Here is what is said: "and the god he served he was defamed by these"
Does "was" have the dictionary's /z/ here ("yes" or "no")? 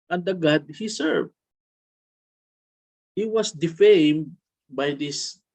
no